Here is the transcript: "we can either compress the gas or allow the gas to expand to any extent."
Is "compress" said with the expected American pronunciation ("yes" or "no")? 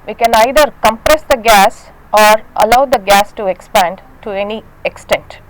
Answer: yes